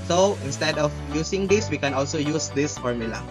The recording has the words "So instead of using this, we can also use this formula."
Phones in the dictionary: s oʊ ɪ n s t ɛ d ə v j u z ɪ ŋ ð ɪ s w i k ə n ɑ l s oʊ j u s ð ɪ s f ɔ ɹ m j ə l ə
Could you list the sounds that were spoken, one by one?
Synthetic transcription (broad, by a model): s oʊ ɪ n s t ɛ d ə f j u s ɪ ŋ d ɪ s w i k ə n ɑ l s oʊ j u s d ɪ s f ɔ ɹ m j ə l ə